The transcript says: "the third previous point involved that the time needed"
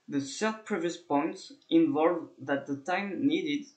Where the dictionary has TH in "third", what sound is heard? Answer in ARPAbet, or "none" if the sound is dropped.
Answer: S